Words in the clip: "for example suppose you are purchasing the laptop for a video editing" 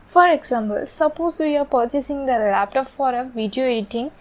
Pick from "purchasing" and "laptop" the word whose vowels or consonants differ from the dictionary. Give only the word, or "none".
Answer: none